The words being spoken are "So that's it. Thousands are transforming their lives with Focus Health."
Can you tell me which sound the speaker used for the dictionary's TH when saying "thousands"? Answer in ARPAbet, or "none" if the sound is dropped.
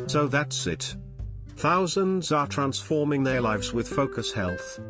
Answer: TH